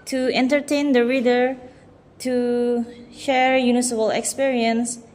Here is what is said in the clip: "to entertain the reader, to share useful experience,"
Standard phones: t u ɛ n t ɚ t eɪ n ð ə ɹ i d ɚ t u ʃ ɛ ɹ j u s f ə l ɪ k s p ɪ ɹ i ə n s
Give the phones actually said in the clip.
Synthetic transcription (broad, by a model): t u ɛ n t ɚ t eɪ n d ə ɹ i d ɚ t u ʃ ɛ ɹ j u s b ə l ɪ k s p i ɹ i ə n s